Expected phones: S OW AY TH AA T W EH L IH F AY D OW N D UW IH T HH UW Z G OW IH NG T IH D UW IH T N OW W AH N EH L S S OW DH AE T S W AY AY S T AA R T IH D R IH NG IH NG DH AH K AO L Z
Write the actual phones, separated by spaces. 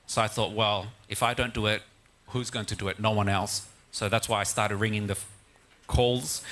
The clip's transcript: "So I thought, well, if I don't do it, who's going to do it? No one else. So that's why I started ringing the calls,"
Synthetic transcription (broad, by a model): S OW AY TH AA T W EH L IH F AY D OW N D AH IH T HH UW Z G OW IH NG T IH D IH IH T N OW W AH N EH L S S OW DH AE T S W AY AY S T AA R T IH D R IH NG IH NG DH AH K AO L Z